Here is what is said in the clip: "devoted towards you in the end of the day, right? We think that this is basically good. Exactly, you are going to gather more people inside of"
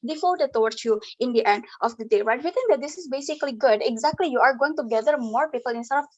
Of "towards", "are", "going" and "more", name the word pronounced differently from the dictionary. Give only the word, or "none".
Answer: towards